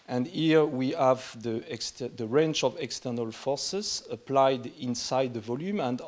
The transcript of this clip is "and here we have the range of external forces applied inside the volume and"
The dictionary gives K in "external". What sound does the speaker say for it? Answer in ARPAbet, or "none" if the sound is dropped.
K